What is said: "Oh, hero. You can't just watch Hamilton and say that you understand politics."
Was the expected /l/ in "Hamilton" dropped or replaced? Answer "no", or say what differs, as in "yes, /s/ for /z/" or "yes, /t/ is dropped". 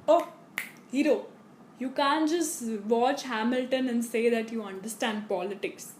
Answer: no